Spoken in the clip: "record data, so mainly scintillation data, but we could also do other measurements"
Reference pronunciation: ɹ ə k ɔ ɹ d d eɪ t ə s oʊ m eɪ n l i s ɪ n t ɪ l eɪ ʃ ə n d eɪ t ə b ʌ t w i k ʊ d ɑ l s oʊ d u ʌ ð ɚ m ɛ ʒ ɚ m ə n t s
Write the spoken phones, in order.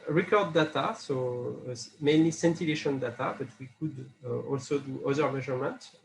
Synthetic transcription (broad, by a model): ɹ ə k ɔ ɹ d d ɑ t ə s oʊ m eɪ n l i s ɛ n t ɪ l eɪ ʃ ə n d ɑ t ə b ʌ t w i k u d ɑ l s oʊ d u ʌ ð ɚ m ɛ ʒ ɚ m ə n t